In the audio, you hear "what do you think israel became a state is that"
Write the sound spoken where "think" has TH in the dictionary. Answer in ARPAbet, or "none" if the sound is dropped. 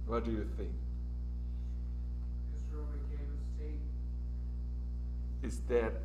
TH